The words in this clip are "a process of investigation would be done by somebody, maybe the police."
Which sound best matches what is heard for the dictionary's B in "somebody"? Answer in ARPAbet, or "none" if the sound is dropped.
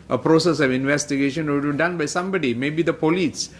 B